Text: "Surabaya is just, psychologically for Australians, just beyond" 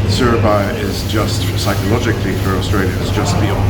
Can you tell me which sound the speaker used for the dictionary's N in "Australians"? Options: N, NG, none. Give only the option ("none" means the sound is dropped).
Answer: none